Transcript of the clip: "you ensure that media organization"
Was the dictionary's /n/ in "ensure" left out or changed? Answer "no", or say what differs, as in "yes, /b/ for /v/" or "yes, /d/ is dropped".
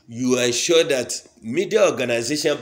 yes, /n/ is dropped